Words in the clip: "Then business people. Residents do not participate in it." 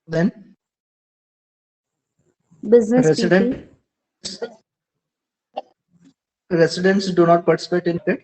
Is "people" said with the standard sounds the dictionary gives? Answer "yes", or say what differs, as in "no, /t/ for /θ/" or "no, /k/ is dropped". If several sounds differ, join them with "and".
no, /n/ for /l/